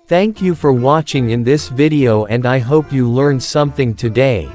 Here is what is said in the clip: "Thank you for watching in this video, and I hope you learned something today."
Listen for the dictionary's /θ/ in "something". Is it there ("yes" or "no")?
yes